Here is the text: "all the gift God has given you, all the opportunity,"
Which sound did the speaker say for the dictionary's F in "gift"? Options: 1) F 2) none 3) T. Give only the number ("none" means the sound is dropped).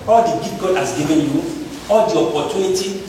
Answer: 2